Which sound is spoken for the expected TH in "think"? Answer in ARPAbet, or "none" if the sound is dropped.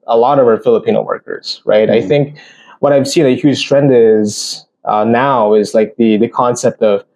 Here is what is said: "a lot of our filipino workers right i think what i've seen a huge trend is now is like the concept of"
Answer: TH